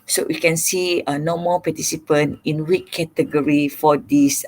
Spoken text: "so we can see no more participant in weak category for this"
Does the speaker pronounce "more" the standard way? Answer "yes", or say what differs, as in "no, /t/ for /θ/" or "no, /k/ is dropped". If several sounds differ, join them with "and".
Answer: no, /l/ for /ɹ/